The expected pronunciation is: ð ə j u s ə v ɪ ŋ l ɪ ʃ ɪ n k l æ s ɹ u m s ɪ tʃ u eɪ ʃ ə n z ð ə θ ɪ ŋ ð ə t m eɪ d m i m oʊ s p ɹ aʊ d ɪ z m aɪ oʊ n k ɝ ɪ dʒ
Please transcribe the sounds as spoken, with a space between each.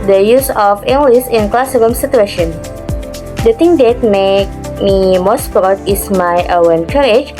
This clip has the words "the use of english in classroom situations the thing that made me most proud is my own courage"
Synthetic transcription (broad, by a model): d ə j u s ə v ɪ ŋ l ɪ s ɪ n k l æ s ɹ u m s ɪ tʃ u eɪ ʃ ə n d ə t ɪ ŋ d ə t m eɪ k m i m oʊ s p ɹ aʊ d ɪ s m aɪ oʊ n k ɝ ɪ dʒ